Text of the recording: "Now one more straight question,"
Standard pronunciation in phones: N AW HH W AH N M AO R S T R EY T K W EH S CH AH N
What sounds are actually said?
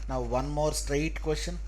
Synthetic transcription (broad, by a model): N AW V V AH N M AO R S T R EY T K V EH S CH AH N